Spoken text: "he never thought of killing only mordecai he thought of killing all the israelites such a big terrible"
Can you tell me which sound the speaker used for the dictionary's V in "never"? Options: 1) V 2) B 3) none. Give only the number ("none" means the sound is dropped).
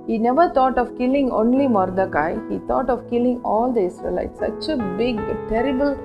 1